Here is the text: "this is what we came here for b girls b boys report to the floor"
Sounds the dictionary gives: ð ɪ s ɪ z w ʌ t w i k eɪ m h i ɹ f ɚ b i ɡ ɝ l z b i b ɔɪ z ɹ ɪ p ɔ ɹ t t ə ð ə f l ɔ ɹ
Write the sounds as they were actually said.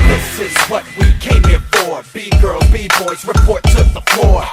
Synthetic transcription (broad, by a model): ð ɪ s ɪ z w ʌ t w i k eɪ m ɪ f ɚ b i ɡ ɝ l b i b ɔɪ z ɹ ɪ p ɔ ɹ t s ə ð ə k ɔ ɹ